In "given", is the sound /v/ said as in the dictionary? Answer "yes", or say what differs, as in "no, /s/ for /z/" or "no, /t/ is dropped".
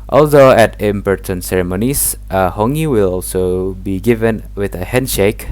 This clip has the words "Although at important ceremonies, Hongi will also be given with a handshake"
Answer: yes